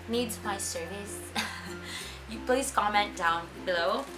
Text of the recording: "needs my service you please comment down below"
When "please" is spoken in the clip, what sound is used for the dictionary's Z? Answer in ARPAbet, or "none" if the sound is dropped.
S